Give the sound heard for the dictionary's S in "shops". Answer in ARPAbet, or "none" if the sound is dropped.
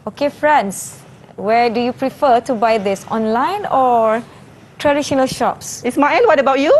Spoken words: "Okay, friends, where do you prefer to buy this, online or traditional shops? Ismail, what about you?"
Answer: S